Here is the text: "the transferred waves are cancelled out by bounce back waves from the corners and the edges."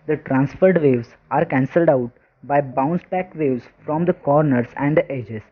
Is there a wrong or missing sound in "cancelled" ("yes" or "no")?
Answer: no